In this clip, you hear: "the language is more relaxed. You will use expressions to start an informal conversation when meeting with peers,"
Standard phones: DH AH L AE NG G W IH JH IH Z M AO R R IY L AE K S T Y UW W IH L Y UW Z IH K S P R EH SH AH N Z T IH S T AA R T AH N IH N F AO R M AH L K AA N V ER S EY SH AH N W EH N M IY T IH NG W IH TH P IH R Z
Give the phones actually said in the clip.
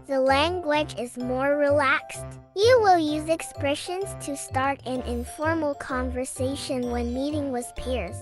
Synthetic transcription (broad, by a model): DH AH L AE NG G W IH JH IH Z M AO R R IY L AE K S T Y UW W IH L Y UW Z IH K S P R EH SH AH N Z T IH S T AA R T AH N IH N F AO R M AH L K AA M V ER S EY SH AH N W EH N M IY T IH NG W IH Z P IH R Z